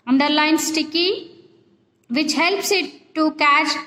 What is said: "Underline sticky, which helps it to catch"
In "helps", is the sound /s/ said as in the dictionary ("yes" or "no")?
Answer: yes